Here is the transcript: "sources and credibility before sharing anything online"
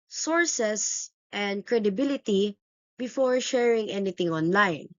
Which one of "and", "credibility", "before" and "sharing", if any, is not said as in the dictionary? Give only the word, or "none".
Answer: none